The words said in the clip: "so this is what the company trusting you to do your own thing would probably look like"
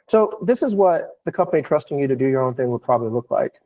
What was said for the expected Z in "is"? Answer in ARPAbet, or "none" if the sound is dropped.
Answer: Z